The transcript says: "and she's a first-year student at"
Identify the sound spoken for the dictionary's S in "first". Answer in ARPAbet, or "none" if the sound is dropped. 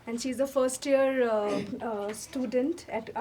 S